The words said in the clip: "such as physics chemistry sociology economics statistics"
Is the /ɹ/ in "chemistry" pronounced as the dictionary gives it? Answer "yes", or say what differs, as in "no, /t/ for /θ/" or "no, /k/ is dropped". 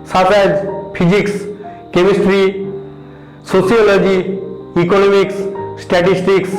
yes